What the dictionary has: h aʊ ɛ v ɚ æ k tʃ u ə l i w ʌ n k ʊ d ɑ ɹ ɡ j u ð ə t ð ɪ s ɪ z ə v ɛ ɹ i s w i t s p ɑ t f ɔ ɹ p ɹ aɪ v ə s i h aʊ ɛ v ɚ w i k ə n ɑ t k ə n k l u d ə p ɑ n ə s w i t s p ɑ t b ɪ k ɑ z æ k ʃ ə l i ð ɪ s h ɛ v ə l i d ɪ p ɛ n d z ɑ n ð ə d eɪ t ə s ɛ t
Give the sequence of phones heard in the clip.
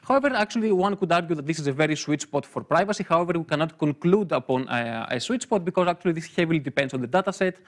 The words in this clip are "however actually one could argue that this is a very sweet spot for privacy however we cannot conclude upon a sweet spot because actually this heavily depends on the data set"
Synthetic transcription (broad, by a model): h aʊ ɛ v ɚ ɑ k tʃ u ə l i w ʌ n k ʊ d ɑ ɹ ɡ j u ð ə t ð ɪ s ɪ z ə v ɛ ɹ i s w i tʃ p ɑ t f ɔ ɹ p ɹ aɪ v ə s i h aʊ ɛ v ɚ w i k ə n ɑ t k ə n k l u d ə p ɑ n ə s w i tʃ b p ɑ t b ɪ k ɑ z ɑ k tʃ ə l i ð ɪ s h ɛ v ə l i d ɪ p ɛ n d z ɑ n ð ə d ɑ t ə s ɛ t